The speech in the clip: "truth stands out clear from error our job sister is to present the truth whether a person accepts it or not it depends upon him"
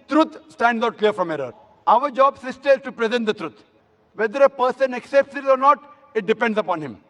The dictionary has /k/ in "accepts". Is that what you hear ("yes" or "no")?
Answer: yes